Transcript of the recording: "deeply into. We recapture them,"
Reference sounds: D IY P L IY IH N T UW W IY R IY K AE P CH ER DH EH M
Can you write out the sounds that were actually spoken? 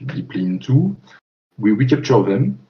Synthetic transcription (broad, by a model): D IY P L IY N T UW W IY W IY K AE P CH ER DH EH M